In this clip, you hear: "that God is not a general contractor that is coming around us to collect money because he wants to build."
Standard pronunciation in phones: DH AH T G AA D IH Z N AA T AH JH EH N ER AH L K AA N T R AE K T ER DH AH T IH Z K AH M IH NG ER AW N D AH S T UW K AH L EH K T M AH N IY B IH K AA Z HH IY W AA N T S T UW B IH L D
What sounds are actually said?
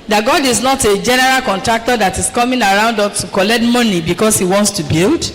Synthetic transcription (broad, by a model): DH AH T G AA D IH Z N AA T AH JH EH N ER AH L K AA N T R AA K T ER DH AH T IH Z K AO M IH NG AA AW N D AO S T UW K AH L EH K T M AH N IY B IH K AA S HH IY W AA N T S T UW B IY L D